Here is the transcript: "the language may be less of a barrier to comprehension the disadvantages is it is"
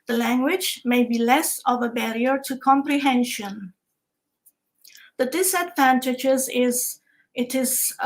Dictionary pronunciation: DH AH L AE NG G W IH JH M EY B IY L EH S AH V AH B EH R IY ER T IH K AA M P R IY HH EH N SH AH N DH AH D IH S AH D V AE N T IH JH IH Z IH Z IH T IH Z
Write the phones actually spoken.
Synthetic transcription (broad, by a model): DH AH L AE NG G W IH JH M EY B IY L EH S AH V AH B EH R IY ER T IH K AA M P R IY HH EH N SH AH N DH AH D IH S AH D V AE N T IH JH IH Z IH Z IH T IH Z